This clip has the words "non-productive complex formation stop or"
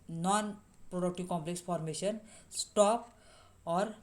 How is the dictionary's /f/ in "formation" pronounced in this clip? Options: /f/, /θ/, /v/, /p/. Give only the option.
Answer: /p/